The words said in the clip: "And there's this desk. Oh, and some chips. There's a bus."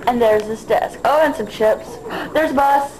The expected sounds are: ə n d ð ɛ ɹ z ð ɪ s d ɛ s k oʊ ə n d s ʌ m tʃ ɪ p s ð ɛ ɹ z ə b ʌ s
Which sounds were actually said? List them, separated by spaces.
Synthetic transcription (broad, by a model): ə n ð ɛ ɹ z ð ɪ s d ɛ s k oʊ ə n s ʌ m tʃ ɪ p s ð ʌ ɹ z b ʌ s